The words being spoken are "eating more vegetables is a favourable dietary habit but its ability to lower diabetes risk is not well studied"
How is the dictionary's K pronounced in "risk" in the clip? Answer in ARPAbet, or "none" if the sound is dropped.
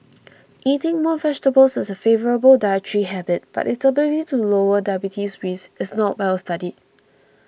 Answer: none